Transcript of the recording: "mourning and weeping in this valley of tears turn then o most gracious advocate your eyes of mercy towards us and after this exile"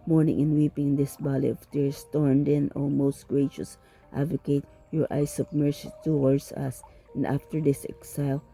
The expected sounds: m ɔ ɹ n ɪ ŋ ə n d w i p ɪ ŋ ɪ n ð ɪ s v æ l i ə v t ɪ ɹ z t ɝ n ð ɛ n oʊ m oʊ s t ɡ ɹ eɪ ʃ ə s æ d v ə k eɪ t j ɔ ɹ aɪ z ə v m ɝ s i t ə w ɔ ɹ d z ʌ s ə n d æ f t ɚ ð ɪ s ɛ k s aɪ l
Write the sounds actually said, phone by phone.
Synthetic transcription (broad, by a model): m ɔ ɹ n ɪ ŋ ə n w i p ɪ ŋ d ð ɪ s b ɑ l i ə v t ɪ ɹ s t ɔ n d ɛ n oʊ m oʊ s t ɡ ɹ eɪ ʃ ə s æ d v ə k eɪ t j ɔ ɹ aɪ s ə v m ɝ s i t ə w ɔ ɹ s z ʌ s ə n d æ f t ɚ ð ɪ s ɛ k s aɪ l